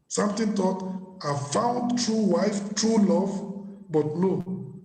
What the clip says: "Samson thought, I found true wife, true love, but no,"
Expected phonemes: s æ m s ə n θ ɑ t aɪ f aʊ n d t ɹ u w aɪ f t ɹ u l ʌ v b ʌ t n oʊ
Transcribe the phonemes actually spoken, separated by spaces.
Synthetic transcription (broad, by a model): s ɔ m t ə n t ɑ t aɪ f aʊ n d t ɹ u w aɪ f t ɹ u l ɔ v b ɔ t n oʊ